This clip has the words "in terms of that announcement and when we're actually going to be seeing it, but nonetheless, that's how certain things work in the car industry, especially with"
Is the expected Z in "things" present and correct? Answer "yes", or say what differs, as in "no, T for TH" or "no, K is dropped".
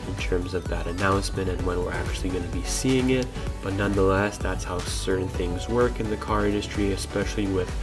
yes